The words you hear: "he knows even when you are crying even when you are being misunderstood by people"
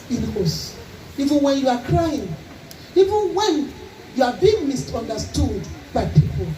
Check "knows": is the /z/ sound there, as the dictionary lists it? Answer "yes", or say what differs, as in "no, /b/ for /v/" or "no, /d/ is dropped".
no, /s/ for /z/